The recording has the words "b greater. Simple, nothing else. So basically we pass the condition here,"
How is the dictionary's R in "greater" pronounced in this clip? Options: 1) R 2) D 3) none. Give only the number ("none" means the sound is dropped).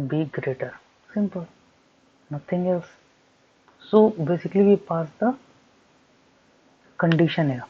1